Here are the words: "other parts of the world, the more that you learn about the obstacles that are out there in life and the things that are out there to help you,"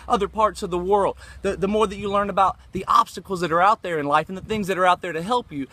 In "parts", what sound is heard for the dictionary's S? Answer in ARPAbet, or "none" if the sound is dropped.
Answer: S